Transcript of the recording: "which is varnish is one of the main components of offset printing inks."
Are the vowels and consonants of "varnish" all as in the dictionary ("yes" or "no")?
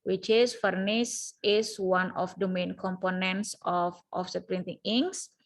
no